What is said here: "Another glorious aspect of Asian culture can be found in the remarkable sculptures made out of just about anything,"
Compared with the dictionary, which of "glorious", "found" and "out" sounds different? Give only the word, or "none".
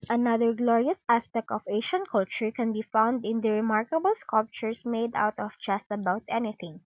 none